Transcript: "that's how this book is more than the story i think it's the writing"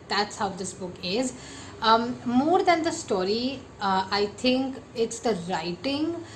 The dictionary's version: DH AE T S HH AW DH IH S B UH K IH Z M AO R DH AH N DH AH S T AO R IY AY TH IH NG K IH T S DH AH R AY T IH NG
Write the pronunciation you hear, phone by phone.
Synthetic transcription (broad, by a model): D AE T S HH AW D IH S B UH K IH Z M AO R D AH N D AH S T AO R IY AY T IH NG K IH T S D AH R AY T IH NG